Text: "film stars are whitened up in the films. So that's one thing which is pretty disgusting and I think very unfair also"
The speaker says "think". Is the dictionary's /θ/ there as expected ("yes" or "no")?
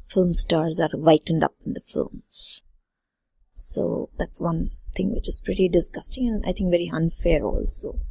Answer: no